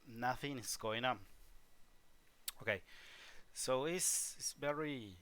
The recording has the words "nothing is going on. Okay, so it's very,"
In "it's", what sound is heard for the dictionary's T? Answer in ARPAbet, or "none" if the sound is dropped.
S